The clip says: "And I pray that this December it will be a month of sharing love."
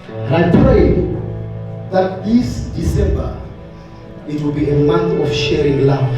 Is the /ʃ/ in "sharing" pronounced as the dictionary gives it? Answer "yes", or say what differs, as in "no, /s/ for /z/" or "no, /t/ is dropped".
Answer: yes